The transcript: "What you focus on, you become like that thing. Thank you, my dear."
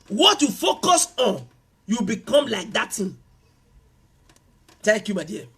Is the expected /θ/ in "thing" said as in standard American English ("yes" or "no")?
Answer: no